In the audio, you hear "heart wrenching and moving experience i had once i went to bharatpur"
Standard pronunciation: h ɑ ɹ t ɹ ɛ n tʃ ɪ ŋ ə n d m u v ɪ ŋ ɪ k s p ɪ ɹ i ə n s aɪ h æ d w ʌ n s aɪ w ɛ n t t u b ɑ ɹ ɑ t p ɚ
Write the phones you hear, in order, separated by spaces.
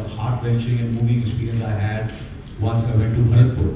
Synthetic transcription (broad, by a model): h ɑ ɹ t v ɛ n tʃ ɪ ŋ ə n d m u v ɪ ŋ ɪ s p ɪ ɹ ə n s aɪ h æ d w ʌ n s aɪ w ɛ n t t u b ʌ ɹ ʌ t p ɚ